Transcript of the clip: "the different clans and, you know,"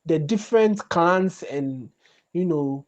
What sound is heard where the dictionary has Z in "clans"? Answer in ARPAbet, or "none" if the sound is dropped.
S